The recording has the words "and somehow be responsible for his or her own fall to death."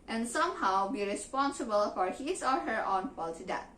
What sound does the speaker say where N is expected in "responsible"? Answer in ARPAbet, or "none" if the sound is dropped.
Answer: N